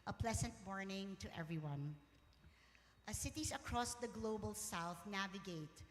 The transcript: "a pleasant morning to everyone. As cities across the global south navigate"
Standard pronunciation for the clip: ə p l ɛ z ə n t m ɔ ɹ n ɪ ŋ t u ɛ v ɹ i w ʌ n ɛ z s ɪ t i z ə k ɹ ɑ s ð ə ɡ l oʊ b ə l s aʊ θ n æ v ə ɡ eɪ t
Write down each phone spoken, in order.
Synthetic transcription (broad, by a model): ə p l ɛ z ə n t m ɔ ɹ n ɪ ŋ t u ɛ v ɹ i w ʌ n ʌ s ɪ t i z ə k ɹ ɑ s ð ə ɡ l oʊ b ə l s aʊ θ n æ v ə ɡ eɪ t